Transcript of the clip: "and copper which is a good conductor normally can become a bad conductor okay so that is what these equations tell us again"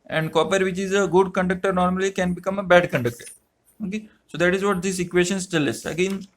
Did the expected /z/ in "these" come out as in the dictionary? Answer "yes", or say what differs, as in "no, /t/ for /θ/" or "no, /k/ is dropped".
no, /s/ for /z/